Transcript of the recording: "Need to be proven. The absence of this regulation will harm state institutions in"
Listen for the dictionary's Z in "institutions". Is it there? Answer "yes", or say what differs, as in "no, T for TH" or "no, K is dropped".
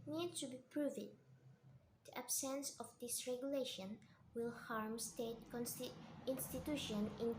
no, Z is dropped